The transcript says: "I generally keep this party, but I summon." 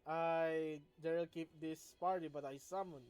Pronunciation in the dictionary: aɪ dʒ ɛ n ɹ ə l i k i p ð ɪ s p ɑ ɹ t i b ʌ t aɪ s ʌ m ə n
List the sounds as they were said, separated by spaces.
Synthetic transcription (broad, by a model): aɪ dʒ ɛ ɹ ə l k i p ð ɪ s p ɑ ɹ t i b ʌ t aɪ s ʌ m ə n